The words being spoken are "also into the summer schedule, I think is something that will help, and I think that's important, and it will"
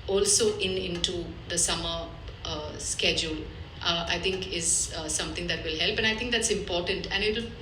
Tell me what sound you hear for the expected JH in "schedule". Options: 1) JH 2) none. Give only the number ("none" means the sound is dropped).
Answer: 1